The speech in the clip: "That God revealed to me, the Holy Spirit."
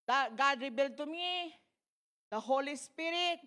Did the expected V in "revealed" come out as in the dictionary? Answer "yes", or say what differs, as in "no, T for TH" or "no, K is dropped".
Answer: no, B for V